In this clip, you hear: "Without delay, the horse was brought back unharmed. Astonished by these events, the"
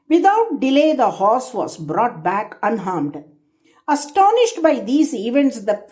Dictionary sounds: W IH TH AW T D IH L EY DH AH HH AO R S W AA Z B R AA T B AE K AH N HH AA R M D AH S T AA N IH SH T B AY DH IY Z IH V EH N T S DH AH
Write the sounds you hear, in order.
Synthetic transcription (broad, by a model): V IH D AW T D IH L EY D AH HH AO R S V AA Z B R AA T B AE K AH N HH AA R M D AH S T AA N IH SH T B AY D IY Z IH V EH N T S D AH